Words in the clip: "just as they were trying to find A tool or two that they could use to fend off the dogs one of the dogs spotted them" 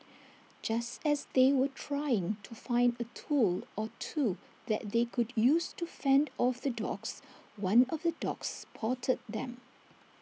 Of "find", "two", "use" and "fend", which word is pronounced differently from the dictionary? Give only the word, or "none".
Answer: none